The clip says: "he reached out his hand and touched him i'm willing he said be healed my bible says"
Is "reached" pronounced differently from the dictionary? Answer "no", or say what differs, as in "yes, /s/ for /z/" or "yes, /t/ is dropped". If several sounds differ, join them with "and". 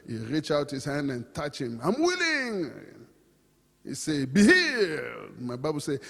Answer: yes, /t/ is dropped